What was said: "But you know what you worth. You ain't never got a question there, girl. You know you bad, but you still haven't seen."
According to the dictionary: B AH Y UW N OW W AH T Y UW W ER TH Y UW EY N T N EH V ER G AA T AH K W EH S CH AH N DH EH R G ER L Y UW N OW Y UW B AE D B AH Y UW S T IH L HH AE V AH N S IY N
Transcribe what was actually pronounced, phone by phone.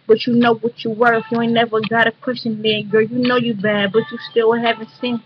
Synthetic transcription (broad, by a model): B AH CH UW N OW W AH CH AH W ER F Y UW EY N N EH V ER G AA T AH K W EH S CH AH N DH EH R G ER Y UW N OW Y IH B AE D B AH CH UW S T IH L HH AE V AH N S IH N